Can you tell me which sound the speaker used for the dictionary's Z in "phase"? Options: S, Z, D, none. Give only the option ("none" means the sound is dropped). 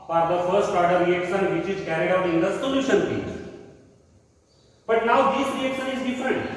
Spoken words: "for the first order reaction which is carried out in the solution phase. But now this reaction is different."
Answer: none